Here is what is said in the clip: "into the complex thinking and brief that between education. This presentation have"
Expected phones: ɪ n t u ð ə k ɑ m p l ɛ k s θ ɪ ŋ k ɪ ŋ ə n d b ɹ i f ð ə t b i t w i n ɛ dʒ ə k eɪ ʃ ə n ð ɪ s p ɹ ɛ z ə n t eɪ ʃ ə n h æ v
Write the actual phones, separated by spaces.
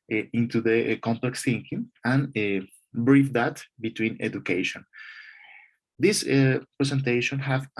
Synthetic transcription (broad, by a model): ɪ n t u ð ə k ɑ m p l ɛ k s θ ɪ ŋ k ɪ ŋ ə n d b ɹ i f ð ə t b i t w i n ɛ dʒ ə k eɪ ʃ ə n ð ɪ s p ɹ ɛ s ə n t eɪ ʃ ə n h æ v